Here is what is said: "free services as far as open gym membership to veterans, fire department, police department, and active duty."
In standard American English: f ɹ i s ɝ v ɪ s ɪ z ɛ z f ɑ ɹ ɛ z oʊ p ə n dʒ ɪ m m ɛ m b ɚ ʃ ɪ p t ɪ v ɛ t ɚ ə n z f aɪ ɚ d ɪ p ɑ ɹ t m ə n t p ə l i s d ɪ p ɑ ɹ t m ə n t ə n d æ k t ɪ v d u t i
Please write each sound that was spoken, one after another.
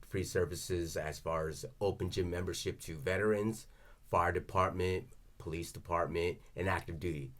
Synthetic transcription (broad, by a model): f ɹ i s ɝ v ɪ s ɪ z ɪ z f ɑ ɹ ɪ z oʊ p ə n dʒ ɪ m m ɛ m b ɚ ʃ ɪ p t ɪ v ɛ t ɚ ə n z f aɪ ɚ d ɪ p ɑ ɹ t m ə n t p ə l i s d ɪ p ɑ ɹ t m ə n t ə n æ k t ɪ v d u t i